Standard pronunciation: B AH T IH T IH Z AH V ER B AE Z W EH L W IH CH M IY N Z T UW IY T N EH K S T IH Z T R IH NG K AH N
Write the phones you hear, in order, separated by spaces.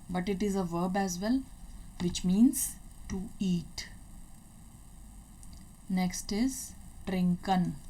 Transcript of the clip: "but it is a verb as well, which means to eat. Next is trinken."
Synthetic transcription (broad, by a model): B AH T IH T IH Z AH V ER B AE Z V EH L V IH CH M IY N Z T UW IY T N EH K S T IH Z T R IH NG K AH N